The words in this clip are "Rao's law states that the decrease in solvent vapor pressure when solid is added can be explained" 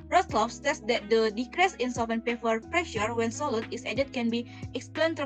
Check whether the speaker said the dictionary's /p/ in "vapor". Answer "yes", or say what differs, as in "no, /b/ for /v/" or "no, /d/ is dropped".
no, /f/ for /p/